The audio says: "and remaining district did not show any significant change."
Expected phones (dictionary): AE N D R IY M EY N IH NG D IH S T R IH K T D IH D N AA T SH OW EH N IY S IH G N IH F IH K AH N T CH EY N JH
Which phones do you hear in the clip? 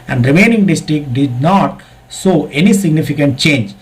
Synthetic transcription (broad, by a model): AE N D R IY M EY N IH NG D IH S T R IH K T D IH D N AA T S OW EH N IY S IH G N IH F IH K AH N T CH EY N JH